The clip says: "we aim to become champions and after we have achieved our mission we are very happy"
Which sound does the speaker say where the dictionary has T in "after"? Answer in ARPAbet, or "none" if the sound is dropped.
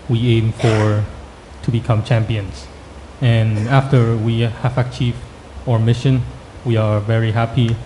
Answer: T